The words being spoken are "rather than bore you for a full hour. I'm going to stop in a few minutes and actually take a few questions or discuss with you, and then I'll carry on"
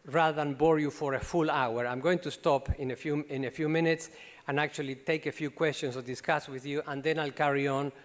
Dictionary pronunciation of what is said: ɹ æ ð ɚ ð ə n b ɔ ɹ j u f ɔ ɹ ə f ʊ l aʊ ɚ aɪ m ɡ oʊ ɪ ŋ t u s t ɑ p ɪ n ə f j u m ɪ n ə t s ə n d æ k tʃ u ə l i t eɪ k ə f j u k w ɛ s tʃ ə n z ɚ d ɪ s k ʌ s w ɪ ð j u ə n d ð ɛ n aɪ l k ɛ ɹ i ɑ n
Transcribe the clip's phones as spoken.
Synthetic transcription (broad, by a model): ɹ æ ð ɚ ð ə n b ɔ ɹ j u f ɔ ɹ ə f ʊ l aʊ ɚ aɪ m ɡ oʊ ɪ ŋ t u s t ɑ p ɪ n ə f j u m ɪ n ə t s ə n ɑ k tʃ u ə l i t eɪ k ə f j u k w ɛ s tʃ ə n s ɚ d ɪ s k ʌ s w ɪ ð j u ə n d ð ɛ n aɪ l k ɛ ɹ i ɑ n